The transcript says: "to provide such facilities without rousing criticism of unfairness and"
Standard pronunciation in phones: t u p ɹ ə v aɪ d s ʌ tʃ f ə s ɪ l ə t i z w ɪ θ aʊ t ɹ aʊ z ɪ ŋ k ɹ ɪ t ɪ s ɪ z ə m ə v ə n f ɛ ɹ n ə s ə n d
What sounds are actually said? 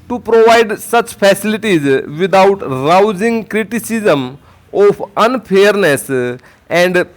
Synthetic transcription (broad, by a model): t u p ɹ ə v aɪ d s ʌ tʃ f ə s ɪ l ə t i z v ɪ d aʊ t ɹ aʊ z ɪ ŋ k ɹ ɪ t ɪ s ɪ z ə m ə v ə n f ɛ ɹ n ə s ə n d